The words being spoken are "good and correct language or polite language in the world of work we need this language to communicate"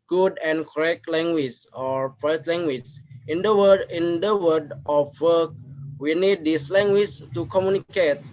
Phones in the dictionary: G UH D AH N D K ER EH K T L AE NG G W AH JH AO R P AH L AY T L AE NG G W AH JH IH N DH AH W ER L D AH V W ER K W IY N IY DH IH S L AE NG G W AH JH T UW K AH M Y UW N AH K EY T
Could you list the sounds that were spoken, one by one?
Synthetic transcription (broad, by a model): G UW D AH N K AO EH K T L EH NG G W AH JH AO R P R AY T L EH NG G W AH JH IH N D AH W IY N D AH F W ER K W IY N IY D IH S L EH NG G W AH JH T UW K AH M Y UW N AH K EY T